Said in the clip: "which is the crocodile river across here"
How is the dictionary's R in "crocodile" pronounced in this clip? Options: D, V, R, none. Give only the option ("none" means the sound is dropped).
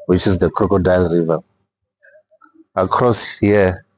R